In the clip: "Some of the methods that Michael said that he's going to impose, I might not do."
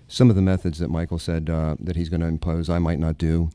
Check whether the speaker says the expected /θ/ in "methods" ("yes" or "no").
yes